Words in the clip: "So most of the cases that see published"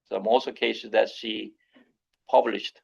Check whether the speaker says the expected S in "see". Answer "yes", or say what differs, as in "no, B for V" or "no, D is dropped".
no, SH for S